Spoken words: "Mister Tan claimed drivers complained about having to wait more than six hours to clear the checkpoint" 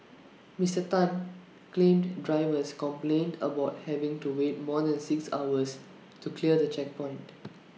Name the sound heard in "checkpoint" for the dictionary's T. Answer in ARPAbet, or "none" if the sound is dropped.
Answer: T